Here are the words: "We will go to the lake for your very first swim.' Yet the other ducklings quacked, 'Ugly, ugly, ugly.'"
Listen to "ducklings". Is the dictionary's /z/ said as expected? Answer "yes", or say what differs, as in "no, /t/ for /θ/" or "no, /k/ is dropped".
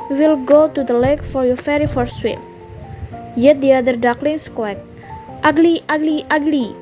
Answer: no, /s/ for /z/